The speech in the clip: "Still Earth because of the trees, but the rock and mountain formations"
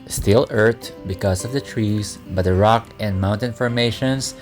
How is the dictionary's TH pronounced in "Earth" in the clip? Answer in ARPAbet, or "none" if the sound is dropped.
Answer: T